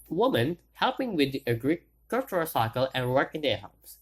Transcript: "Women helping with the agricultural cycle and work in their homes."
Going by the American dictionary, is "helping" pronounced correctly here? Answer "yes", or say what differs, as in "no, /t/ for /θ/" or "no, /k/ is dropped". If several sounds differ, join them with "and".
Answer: yes